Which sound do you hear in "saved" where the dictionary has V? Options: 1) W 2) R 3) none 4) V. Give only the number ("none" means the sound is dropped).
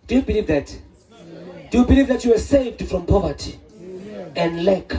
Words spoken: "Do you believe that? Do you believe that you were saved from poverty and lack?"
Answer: 4